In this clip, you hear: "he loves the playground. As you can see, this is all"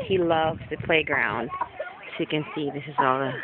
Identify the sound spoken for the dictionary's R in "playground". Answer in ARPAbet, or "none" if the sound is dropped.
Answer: R